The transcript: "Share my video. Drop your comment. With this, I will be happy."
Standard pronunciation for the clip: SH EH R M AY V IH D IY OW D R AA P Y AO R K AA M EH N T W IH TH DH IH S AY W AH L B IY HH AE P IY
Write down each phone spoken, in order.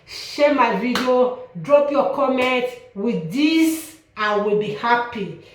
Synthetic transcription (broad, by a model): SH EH M AY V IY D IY OW D R AA P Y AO K AA M EH N T W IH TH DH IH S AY W AH L B IY HH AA P IY